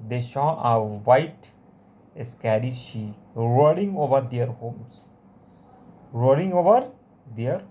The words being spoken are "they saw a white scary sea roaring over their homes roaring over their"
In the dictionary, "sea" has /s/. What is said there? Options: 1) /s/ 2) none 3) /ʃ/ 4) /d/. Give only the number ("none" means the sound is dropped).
3